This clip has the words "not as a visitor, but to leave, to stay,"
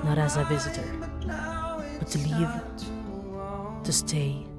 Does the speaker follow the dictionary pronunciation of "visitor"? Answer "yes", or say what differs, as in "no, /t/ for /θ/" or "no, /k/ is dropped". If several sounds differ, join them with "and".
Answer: yes